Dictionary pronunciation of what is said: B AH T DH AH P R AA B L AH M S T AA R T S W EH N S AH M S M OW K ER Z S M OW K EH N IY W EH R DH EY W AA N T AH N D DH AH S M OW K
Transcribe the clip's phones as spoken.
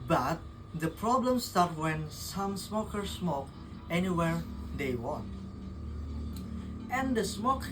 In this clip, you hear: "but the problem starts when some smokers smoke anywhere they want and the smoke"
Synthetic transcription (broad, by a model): B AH T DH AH P R AA B L AH M S T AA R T W EH N S AH M S M OW K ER S M OW K EH N IY W EH R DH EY W AA N T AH N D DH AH S M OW K